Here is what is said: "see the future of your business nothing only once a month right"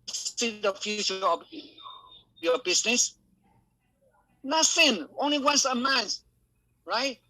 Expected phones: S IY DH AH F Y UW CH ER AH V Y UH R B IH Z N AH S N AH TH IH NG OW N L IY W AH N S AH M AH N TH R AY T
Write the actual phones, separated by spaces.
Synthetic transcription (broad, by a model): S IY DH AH F Y UW CH ER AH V Y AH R B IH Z N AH S N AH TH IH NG OW N L IY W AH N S AH M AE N S R AY T